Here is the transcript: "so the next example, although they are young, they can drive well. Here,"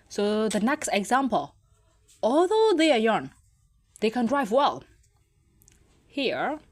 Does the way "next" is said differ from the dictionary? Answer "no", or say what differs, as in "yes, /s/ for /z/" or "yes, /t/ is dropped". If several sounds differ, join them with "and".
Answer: no